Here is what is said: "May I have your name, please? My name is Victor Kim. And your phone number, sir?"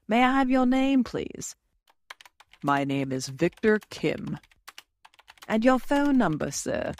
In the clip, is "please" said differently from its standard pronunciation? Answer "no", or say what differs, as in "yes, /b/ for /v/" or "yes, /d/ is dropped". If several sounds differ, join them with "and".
no